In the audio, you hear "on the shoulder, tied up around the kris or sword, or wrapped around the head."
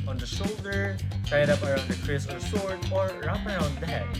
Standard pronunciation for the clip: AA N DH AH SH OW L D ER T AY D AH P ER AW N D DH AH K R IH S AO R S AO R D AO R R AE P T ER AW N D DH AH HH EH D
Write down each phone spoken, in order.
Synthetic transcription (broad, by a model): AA N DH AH SH OW L D ER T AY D AH P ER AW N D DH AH K R IH S AO R S AO R D AO R R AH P ER AW N D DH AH HH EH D